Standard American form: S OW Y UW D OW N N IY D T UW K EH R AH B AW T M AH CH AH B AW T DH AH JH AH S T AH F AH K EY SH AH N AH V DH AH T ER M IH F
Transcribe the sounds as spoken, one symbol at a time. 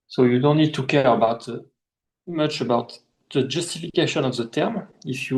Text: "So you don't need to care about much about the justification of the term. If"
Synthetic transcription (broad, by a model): S OW Y UW D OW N N IY D T UW K EH R AH B AW T M AH CH AH B AW T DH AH JH AH S T AH F AH K EY SH AH N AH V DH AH T ER M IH F